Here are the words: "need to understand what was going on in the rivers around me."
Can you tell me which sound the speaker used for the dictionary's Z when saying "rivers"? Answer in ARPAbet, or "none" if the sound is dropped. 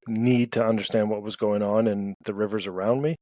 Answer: Z